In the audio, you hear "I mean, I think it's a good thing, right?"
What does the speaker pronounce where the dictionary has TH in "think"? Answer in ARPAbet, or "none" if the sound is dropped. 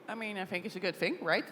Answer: TH